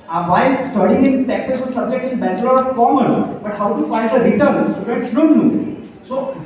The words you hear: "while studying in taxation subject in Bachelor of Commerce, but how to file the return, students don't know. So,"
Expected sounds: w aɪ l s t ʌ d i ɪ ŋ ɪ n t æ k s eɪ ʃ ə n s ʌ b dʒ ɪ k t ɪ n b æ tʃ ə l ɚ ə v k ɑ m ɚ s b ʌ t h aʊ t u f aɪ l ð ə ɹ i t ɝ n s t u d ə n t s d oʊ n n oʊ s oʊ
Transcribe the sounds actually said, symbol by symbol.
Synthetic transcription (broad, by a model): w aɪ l s t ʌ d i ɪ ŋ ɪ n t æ k s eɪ s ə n s ʌ b dʒ ɪ k t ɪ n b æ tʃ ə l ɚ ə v k ɑ m ɚ s b ʌ t h aʊ t u f aɪ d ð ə ɹ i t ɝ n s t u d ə t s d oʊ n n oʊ s oʊ